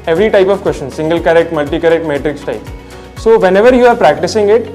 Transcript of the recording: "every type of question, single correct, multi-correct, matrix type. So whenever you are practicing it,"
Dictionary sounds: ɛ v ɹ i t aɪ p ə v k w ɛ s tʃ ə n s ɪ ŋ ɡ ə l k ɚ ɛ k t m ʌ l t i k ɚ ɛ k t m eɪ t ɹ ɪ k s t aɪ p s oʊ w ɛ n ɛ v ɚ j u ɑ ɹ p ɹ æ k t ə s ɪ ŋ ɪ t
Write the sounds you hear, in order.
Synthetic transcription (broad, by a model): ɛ v ɹ i t aɪ p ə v k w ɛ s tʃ ə n s ɪ ŋ ɡ ə l k ɚ ɛ k t m ʌ l t i k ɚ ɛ k t m eɪ t ɹ ɪ k s t aɪ p s oʊ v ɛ n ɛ v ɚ j u ɑ ɹ p ɹ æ k t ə s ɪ ŋ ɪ t